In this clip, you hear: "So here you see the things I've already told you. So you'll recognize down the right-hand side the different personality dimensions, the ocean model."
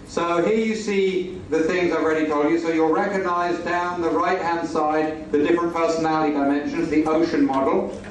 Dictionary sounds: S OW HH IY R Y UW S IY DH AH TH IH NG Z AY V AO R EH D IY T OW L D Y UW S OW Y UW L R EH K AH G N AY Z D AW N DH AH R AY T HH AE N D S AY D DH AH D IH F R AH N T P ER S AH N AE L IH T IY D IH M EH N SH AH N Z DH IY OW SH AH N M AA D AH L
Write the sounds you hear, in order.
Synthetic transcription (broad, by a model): S OW HH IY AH Y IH S IY DH AH TH IH NG Z AY V R EH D IY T OW L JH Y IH S OW Y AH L R EH K AH G N AY Z D AW N DH AH R AY T HH AE N D S AY D DH AH D IH F R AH N P ER S AH N AE L IH T IY D IH M EH N SH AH N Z DH IY OW SH AH N M AA D L